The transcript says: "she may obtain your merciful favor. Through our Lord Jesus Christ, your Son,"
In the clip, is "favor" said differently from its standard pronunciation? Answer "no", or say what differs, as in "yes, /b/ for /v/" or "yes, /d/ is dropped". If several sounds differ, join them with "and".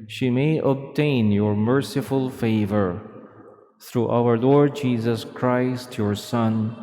no